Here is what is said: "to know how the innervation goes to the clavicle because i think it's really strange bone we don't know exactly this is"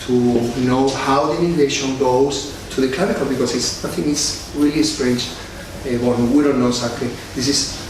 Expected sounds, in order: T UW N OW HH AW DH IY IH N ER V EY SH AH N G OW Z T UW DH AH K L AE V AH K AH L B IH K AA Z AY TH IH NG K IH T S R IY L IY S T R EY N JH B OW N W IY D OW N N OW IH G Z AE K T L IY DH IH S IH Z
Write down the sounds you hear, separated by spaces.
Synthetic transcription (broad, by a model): T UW N OW HH AW DH IY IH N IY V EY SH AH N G OW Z T UW DH AH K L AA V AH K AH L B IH K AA S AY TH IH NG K IH T S R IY L IY S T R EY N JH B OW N W IY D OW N N OW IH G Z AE K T L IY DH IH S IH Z